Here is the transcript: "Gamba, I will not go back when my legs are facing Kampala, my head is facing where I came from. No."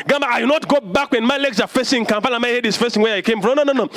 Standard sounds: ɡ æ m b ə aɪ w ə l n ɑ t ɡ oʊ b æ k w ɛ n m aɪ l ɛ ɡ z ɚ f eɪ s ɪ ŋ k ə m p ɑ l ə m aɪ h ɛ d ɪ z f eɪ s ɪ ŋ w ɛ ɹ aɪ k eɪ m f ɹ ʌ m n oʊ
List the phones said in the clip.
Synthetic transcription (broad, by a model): ɡ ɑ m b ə aɪ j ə n ɑ t ɡ oʊ b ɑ k w ɛ n m aɪ l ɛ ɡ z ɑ f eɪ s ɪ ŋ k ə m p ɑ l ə m aɪ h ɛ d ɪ s f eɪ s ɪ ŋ w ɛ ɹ aɪ k eɪ m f ɹ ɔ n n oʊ